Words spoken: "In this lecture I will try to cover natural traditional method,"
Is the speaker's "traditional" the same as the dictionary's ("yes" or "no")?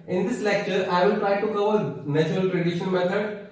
no